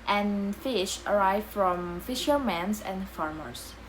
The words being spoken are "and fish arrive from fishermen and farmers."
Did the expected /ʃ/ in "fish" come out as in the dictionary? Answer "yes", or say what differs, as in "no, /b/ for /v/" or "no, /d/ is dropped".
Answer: yes